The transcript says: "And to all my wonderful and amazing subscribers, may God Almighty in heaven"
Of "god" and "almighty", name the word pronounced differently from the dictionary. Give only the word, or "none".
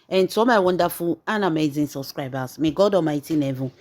almighty